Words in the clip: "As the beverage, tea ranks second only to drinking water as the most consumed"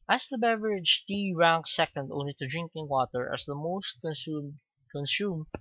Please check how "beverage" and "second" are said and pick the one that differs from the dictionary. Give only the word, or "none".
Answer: none